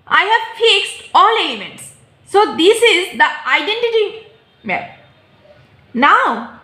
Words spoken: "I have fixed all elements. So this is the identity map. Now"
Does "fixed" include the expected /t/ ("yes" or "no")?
yes